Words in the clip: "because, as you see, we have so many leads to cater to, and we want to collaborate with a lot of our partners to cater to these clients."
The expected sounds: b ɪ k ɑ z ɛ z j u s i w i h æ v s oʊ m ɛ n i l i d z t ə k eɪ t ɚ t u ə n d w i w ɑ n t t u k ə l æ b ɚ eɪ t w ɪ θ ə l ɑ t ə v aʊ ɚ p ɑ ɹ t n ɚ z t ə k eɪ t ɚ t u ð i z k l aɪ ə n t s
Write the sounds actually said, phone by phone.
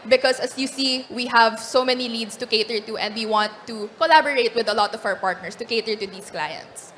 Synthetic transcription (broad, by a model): b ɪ k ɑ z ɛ s j u s i w i h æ v s oʊ m ɛ n i l i d s t ə k eɪ t ɚ t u ə n d w i w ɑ n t t u k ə l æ b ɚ eɪ t w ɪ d ə l ɑ t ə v aʊ ɚ p ɑ ɹ t n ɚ s t ə k eɪ t ɚ t u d i s k l aɪ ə n t s